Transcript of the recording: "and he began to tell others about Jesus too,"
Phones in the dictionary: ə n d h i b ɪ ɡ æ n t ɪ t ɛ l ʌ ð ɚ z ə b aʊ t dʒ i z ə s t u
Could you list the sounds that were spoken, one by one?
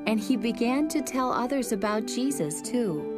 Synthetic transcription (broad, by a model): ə n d i b ɪ ɡ æ n t ɪ t ɛ l ʌ ð ɚ z ə b aʊ t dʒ i z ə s t u